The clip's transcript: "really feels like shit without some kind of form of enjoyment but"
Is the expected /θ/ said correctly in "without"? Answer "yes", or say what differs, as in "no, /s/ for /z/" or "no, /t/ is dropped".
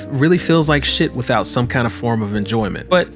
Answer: yes